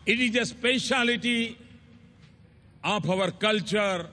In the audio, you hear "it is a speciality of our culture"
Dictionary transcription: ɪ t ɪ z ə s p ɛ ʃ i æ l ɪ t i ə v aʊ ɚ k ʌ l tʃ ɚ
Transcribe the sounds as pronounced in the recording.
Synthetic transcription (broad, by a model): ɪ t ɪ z ə s p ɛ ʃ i l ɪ t i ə p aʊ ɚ k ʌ l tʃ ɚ